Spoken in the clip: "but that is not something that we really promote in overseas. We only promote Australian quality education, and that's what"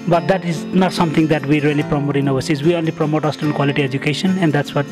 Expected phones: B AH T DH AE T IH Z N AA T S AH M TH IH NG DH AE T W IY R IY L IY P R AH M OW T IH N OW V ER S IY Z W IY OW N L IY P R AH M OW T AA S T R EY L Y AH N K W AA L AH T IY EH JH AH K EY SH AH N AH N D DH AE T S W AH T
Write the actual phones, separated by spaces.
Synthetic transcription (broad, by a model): B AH T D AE T IH Z N AA T S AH M T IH NG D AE T W IY R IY L IY P R AH M OW T IH N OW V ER S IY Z W IY OW N L IY P R AH M OW T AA S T EY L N K W AA L AH T IY EH JH AH K EY SH AH N AH N D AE T S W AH T